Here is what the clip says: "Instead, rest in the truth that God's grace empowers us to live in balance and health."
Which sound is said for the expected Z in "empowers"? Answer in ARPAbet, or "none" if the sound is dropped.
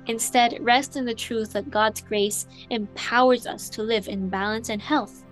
Z